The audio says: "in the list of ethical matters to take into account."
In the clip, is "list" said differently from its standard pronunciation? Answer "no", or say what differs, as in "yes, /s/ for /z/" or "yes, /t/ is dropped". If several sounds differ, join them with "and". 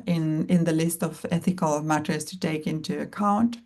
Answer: no